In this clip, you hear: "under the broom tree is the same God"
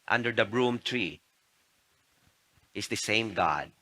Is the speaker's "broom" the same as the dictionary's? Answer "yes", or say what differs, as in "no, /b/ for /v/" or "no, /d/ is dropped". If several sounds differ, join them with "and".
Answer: yes